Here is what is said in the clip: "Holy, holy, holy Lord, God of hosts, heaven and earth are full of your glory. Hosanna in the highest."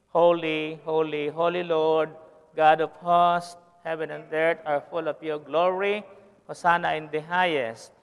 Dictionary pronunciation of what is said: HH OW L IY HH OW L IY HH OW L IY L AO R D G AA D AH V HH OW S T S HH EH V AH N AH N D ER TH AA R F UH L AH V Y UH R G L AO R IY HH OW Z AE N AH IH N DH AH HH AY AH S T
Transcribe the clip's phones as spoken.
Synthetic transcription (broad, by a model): HH OW L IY HH OW L IY HH OW L IY L AO R D G AA D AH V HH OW S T HH EH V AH N AH N D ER T AA R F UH L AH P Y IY G L AO R IY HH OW S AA N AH IH N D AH HH AY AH S